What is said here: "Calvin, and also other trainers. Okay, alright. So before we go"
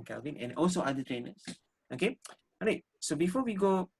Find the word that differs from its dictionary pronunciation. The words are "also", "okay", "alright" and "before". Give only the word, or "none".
alright